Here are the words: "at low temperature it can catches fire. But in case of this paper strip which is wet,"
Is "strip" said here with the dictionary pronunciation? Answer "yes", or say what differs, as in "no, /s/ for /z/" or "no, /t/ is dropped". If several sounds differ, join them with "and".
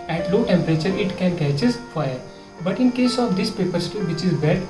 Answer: no, /ɹ/ is dropped